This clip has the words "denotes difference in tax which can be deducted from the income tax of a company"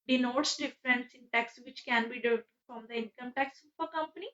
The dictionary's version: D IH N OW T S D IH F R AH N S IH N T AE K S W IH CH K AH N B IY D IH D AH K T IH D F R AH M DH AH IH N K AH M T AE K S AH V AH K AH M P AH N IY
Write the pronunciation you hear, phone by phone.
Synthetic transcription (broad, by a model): D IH N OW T S D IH F R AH N S IH N T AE K S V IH CH K AH N B IY D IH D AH T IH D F R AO M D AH IH N K AH M T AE K S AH P AH K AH M P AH N IY